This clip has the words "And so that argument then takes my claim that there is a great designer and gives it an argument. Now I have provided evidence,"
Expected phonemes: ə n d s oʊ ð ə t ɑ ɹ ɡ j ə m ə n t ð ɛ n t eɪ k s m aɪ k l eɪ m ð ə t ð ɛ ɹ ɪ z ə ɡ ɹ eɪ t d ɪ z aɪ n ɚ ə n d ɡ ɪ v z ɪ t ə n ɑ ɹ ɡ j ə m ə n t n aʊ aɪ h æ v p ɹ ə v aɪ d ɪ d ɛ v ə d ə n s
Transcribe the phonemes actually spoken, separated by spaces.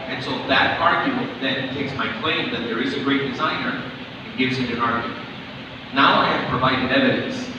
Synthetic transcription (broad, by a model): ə n s oʊ ð ə t ɑ ɹ ɡ j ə m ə n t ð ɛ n t eɪ k s m aɪ k l eɪ m ð ə t ð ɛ ɹ ɪ z ə ɡ ɹ eɪ t d ɪ z aɪ n ɚ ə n ɡ ɪ v z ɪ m ə n ɑ ɹ ɡ j ə m ə n t n aʊ aɪ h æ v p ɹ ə v aɪ d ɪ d ɛ v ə d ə n s